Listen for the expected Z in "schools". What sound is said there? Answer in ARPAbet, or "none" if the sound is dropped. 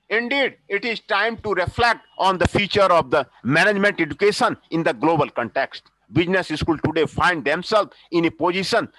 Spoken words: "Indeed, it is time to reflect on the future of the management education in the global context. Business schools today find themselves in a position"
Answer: none